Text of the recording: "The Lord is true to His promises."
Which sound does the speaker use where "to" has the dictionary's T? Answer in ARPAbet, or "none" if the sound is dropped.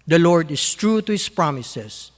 T